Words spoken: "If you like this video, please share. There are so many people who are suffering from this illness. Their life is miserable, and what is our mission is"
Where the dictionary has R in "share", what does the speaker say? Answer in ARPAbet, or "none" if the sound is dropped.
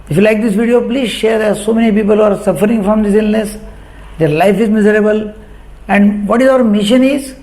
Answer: R